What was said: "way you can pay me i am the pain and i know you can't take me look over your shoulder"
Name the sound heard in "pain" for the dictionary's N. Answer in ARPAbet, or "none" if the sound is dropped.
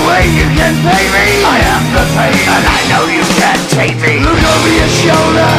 none